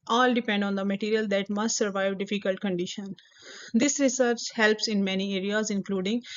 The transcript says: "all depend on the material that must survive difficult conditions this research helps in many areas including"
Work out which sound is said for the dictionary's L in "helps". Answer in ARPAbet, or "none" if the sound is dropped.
L